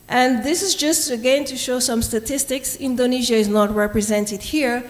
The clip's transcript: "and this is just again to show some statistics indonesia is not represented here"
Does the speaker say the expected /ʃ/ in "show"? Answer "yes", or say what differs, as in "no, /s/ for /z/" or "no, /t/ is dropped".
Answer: yes